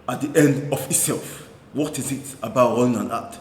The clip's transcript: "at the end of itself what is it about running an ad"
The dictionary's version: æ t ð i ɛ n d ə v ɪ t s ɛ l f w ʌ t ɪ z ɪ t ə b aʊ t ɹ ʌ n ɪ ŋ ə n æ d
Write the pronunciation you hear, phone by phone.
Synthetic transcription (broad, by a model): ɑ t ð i ɛ n d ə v ɪ t s ɛ l f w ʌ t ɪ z ɪ t ə b aʊ t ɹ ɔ ɪ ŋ ə n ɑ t